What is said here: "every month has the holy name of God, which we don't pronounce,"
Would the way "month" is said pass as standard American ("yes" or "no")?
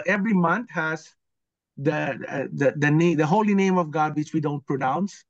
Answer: no